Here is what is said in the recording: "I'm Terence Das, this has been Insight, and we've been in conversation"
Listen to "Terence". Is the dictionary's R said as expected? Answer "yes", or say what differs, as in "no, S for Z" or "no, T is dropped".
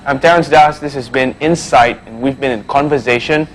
no, R is dropped